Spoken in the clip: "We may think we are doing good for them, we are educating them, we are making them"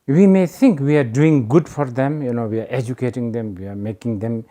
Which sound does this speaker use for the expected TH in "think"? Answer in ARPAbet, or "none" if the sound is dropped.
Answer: T